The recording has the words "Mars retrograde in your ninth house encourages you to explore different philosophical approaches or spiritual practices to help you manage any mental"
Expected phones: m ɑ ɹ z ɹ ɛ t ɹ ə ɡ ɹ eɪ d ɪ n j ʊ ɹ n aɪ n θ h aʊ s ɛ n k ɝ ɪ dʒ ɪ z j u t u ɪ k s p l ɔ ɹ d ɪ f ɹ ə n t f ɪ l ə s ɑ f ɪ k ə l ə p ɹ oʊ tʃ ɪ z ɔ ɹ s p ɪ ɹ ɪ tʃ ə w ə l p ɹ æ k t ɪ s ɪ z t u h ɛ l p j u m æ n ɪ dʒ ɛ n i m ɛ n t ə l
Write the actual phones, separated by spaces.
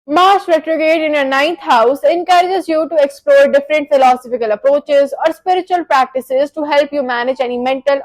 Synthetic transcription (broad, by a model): m ɑ ɹ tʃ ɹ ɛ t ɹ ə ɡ eɪ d ɪ n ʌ n aɪ n t h aʊ s ɛ n k ɝ ɪ dʒ ɪ z j u t u ɪ k s p l ɔ ɹ d ɪ f ɹ ə n t f ɪ l ə s ɑ f ɪ k ə l ə p ɹ oʊ tʃ ɪ z ɔ ɹ s p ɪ ɹ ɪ tʃ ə ə l p ɹ æ k t ɪ s ɪ z t u h ɛ l p j u m æ n ɪ dʒ ɛ n i m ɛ n t ə l